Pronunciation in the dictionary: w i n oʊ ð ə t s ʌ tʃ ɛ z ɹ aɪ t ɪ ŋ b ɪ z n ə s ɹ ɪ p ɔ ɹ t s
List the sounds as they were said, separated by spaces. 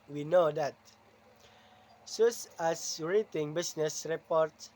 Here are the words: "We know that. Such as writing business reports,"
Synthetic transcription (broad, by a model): w i n oʊ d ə t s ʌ s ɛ s ɹ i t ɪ ŋ b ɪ s n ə s ɹ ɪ p ɔ ɹ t